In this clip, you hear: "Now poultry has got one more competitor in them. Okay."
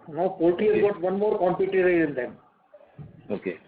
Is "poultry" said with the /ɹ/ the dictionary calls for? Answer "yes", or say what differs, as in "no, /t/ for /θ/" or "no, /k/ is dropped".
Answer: no, /ɹ/ is dropped